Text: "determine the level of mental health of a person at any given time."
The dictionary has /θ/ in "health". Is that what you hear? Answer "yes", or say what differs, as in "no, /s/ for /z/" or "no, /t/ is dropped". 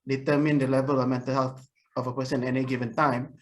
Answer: no, /t/ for /θ/